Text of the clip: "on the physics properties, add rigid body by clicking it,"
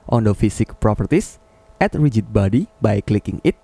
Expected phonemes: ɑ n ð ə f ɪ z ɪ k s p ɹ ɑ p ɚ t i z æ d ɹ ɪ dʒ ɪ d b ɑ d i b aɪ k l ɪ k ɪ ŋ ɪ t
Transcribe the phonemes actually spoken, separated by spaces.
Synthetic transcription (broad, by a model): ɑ n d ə f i s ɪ k p ɹ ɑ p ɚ t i s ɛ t ɹ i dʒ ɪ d b ɑ d i b aɪ k l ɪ k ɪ ŋ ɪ t